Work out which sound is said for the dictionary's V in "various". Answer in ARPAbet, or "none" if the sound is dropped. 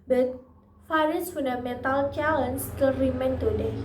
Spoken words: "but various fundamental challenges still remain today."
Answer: F